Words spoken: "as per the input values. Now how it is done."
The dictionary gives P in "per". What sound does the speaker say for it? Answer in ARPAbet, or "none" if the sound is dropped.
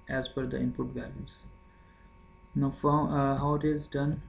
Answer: F